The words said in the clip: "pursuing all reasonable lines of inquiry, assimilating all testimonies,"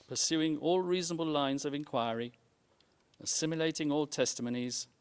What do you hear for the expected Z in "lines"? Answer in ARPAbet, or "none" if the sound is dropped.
Z